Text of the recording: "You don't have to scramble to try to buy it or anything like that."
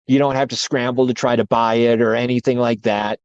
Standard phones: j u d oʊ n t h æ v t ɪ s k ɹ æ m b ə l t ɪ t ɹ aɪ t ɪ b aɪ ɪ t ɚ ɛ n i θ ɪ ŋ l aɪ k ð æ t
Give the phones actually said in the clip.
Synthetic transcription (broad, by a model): j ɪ d oʊ n t h æ f t ɪ s k ɹ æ m b l t ɪ t ɹ aɪ t ɪ b aɪ ɪ t ɚ ɛ n i θ ɪ ŋ l aɪ k ð æ t